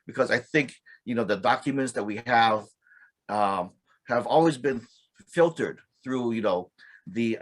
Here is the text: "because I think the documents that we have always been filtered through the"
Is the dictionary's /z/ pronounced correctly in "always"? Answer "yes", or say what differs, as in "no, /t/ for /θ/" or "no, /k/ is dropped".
yes